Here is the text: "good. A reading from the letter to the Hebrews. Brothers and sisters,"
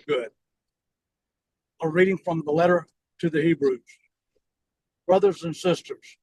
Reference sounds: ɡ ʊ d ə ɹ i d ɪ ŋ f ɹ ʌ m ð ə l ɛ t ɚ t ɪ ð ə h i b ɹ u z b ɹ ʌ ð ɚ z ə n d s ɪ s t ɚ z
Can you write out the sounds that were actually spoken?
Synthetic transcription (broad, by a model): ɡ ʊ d ə ɹ i d ɪ ŋ f ɹ ʌ m ð ə l ɛ t ɚ t ɪ ð ə h i b ɹ u z b ɹ ʌ ð ɚ z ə n s ɪ s t ɚ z